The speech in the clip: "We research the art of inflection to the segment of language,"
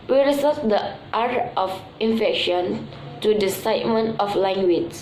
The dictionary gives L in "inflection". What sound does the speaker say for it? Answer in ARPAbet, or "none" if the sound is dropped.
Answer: none